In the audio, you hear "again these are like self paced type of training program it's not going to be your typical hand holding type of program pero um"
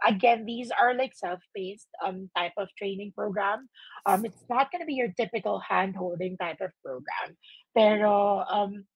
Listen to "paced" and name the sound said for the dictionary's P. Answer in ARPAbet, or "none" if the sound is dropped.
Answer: B